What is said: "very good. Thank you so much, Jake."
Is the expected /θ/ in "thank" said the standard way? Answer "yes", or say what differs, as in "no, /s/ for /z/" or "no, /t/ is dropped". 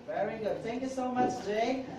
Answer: yes